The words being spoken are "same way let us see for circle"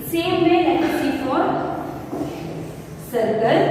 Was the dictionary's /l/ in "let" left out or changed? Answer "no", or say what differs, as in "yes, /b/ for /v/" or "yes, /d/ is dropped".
yes, /n/ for /l/